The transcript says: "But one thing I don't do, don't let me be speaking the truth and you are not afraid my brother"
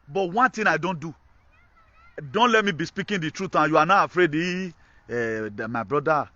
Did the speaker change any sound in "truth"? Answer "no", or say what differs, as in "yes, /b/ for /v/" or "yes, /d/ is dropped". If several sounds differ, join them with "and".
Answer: yes, /t/ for /θ/